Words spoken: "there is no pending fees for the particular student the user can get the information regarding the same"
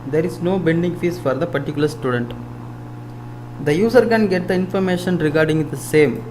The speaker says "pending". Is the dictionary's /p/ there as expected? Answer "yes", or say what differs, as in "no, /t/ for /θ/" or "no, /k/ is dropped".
no, /b/ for /p/